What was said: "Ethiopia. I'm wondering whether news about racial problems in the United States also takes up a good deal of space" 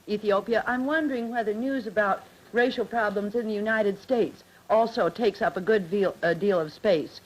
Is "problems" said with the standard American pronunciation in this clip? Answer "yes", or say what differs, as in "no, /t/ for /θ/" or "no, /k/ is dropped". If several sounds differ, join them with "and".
yes